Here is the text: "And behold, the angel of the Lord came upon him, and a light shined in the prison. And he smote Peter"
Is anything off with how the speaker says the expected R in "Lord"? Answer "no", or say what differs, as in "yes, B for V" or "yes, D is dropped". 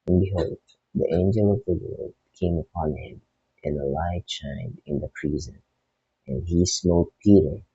yes, L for R